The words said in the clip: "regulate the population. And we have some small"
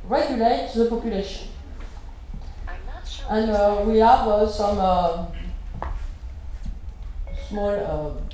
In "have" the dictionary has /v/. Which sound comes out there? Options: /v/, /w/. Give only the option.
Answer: /v/